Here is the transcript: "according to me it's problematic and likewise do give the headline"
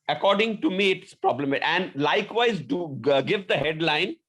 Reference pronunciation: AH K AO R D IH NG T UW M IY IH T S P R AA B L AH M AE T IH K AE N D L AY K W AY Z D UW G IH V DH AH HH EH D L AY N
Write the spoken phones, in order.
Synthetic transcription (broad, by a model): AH K AO R D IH NG T UW M IY IH T S P R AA B L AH M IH AE N D L AY K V AY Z D UW G IH V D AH HH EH D L AY N